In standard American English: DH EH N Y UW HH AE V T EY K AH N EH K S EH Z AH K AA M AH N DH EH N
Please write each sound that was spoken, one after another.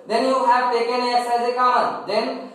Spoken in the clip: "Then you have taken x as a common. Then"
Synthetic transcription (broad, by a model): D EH N Y UW HH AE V T EY K AH N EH S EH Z AH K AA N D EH N